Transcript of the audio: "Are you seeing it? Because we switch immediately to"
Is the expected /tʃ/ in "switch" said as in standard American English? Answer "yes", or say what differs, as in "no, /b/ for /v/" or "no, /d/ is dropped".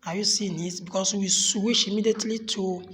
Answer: no, /ʃ/ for /tʃ/